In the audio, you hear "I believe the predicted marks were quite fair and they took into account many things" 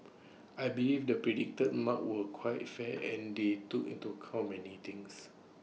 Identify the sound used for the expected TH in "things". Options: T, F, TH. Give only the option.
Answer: T